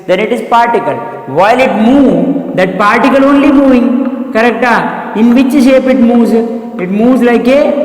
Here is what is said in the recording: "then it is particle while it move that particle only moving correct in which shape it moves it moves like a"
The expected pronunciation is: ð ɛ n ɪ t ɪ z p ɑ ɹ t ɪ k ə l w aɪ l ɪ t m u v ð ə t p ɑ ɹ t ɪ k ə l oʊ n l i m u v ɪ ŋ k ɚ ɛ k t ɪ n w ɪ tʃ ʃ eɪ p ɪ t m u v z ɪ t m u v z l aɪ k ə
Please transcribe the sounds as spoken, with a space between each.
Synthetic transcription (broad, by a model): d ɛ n ɪ t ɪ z p ɑ ɹ t ɪ k ə l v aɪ l ɪ t m u v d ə t p ɑ ɹ t ɪ k ə l oʊ n l i m u v ɪ ŋ k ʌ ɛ k t ɪ n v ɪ tʃ ʃ eɪ p ɪ t m u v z ɪ t m u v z l aɪ k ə